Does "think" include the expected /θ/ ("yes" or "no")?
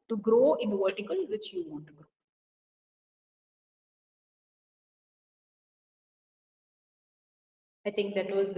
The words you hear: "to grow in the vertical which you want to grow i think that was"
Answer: no